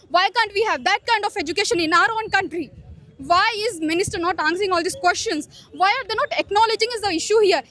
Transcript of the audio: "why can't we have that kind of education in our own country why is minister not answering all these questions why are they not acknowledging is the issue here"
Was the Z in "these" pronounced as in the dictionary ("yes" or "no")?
no